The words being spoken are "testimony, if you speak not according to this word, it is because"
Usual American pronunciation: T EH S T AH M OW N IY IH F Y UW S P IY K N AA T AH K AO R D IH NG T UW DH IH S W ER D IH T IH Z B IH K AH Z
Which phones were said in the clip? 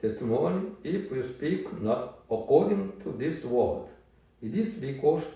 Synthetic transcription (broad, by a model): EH S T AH M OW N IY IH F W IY S P IY K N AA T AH K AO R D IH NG T UW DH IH S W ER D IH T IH S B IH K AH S